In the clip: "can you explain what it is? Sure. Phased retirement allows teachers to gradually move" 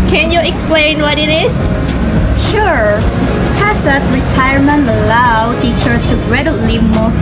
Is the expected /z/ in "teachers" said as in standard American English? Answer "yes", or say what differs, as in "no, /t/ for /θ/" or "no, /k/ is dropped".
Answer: no, /z/ is dropped